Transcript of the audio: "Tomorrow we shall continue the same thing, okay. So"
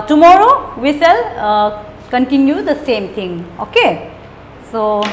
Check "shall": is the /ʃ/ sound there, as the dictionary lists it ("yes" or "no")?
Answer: no